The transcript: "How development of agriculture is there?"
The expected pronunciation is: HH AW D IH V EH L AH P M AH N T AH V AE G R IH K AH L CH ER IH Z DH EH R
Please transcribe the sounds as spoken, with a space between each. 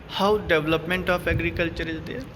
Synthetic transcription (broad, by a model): HH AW D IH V L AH P M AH N T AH P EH G R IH K AH L CH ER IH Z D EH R